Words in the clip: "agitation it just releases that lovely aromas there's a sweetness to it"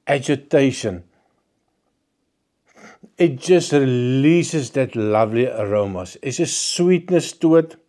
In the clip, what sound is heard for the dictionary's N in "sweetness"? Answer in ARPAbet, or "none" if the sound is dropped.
N